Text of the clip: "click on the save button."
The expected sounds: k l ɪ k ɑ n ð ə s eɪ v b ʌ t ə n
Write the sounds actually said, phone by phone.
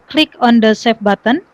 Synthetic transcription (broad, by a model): k l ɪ k ɑ n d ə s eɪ f b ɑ t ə n